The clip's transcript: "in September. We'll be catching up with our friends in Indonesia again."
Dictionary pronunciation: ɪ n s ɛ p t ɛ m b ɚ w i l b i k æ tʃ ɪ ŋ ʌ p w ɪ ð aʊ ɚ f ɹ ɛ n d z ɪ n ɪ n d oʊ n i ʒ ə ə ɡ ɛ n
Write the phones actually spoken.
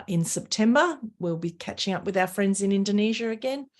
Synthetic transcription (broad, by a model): ɪ n s ɛ p t ɛ m b ɚ w i l b i k æ tʃ ɪ ŋ ʌ p w ɪ ð aʊ ɚ f ɹ ɛ n d z ɪ n ɪ n d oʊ n i ʒ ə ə ɡ ɛ n